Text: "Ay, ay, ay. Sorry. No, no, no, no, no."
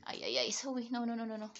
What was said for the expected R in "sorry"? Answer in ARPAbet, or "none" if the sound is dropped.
W